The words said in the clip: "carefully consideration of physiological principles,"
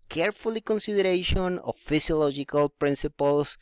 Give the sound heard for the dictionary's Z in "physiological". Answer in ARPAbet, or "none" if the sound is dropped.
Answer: S